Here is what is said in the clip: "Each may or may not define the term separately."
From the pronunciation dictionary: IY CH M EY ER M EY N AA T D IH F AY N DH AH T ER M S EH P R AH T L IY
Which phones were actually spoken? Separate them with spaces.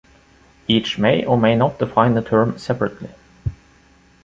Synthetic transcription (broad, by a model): IY CH M EY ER M EY N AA T D IH F AY N DH AH T ER M S EH P R AH T L IY